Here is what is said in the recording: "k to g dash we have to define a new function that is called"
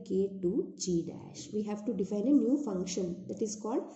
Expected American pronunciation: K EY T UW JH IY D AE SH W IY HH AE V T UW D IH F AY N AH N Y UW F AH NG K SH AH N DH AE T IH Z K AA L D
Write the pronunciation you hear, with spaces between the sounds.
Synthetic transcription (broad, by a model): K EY T UW JH IY D AE SH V IY HH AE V T UW D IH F AY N AH N Y UW F AH NG K SH AH N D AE T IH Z K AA L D